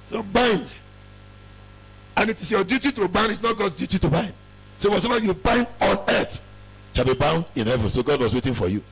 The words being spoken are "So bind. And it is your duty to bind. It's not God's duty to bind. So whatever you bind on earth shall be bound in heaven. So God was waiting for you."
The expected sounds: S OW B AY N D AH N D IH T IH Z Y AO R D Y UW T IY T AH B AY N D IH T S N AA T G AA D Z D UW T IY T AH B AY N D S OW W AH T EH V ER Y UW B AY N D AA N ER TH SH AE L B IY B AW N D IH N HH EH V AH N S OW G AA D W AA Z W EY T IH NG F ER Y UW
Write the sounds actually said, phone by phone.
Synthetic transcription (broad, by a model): S OW B AY N D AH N IH T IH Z Y AO D Y UW T IY T AH B AY N D IH T S N AA T G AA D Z D UW T IY T AH B AY N D S OW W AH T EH B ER Y UW B AY N D AA N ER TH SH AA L B IY B AW N D IH N HH EH V AH N S OW G AA D W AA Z W EY T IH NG F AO Y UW